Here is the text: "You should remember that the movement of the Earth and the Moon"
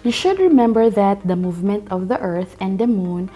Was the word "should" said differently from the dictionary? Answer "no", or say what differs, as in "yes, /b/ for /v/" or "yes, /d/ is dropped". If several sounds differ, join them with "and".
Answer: no